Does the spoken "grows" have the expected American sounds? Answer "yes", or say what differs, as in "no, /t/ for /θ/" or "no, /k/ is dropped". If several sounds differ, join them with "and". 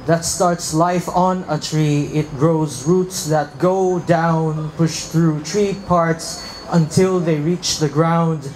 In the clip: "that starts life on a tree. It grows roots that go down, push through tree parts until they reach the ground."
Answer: yes